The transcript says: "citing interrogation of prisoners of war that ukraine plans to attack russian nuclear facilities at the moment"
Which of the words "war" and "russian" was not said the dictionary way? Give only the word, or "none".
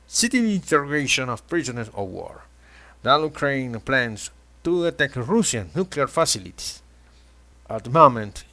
russian